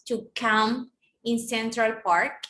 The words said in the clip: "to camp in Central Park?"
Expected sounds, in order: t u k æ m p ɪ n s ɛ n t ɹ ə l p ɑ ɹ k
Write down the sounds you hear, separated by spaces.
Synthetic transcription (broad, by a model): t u k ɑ m ɪ n s ɛ n t ɹ ə l p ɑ ɹ k